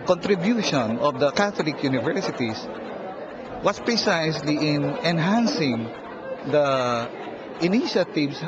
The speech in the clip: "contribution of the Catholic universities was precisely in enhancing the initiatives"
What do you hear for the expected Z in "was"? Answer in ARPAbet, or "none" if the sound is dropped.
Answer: S